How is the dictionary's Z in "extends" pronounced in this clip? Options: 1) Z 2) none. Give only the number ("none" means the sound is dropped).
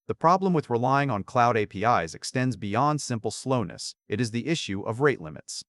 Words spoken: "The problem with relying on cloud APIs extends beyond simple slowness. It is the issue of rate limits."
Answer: 1